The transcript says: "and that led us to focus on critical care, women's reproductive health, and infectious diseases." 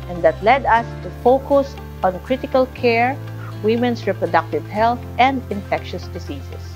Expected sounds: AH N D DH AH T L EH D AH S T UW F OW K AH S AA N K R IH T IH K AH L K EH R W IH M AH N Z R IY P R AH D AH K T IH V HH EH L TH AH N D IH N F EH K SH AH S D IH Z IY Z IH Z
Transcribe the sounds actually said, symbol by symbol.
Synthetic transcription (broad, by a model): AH N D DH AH T L EH D AH S T UW F OW K AH S AA N K R IH T IH K AH L K EH R W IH M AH N S R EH P R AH D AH K T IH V HH EH L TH AH N D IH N F EH K SH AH S D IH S IY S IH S